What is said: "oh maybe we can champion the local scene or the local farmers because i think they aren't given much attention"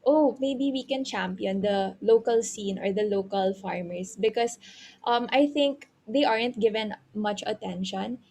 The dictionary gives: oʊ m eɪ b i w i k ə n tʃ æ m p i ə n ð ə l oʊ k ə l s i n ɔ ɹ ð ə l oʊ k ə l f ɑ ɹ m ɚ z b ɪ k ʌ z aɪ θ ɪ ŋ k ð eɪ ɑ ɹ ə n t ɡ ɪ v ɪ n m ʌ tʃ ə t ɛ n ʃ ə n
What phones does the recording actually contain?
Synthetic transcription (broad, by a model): oʊ m eɪ b i w i k ə n tʃ æ m p i ə n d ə l oʊ k ə l s i n ɔ ɹ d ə l oʊ k ə l f ɑ ɹ m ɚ s b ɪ k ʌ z aɪ θ ɪ ŋ k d eɪ ɑ ɹ ə n t ɡ ɪ v ɪ n m ʌ tʃ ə t ɛ n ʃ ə n